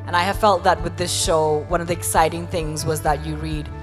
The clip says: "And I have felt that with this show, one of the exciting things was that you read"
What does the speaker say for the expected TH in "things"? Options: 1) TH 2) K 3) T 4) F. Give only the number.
1